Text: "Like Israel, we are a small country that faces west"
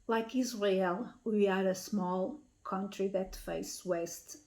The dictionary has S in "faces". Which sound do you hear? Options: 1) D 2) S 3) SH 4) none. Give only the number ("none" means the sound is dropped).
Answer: 4